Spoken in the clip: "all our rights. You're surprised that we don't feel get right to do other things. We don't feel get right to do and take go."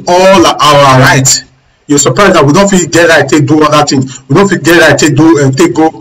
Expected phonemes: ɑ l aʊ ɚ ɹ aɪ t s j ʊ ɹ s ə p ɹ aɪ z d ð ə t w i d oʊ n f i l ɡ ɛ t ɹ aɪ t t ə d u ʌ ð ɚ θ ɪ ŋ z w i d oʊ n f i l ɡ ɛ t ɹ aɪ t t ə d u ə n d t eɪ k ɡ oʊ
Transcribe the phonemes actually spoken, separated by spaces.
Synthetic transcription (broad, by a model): ɑ l aʊ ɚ ɹ aɪ t j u s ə p ɹ aɪ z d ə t w i d oʊ n f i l ɡ ɛ t ɹ aɪ t t ə d u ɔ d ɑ t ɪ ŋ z w i d oʊ n f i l ɡ ɛ t ɹ aɪ t t ə d u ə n t eɪ k ɡ oʊ